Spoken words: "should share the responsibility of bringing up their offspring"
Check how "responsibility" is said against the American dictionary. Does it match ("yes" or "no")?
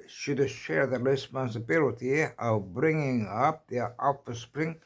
yes